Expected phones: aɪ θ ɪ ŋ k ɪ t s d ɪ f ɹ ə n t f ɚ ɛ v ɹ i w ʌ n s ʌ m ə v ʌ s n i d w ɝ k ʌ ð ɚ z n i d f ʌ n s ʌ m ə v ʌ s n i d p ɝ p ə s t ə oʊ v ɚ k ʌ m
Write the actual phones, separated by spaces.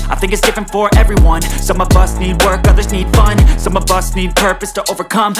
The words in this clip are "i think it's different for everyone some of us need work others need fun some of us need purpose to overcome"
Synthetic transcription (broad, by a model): aɪ θ ɪ ŋ k ɪ t s d ɪ f ɹ ə n t f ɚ ɛ v ɹ i w ʌ n s ʌ m ə v ʌ s n i d w ɝ k ʌ ð ɚ z n i d f ʌ n s ʌ m ə v ʌ s n i d p ɝ p ə s t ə oʊ v ɚ k ʌ m